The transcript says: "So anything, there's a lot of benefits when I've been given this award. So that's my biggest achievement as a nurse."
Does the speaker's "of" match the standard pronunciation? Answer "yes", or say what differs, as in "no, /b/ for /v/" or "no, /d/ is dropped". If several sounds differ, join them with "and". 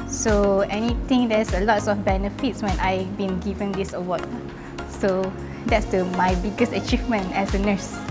no, /f/ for /v/